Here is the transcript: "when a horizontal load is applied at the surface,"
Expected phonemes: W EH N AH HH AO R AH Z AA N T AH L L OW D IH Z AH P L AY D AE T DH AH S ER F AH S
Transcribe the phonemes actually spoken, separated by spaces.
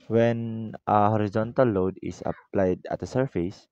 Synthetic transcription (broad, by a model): W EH N AH HH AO R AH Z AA N T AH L L OW D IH S AH P L AY D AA T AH S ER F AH S